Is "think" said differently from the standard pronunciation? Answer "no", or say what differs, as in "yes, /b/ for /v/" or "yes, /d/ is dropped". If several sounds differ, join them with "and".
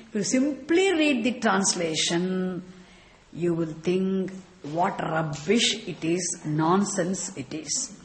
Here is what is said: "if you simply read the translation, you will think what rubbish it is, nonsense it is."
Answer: yes, /t/ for /θ/